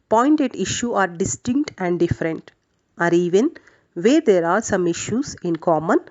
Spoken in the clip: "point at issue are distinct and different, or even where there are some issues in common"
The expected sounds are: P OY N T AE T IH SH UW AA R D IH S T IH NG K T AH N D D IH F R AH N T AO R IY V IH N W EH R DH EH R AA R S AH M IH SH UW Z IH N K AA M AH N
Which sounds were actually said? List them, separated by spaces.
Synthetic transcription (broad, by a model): P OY N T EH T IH SH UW AA R D IH S T IH NG K T AH N D D IH F R AH N T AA R IY V IH N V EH R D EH R AA R S AH M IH SH UW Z IH N K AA M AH N